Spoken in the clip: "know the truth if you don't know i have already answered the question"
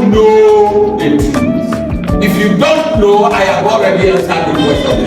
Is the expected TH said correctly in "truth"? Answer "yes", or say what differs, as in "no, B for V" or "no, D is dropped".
no, S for TH